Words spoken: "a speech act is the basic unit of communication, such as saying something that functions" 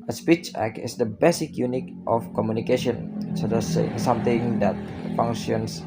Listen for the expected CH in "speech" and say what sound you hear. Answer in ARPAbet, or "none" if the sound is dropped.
CH